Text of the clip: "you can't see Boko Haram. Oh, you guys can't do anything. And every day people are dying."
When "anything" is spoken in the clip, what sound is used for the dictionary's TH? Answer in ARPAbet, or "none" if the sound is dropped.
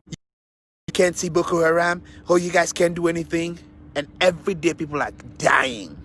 TH